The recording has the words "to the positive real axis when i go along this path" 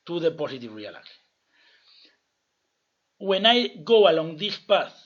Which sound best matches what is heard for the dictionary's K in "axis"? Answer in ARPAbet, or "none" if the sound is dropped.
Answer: none